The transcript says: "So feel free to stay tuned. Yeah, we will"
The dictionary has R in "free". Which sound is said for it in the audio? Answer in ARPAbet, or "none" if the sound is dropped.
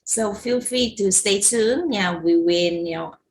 none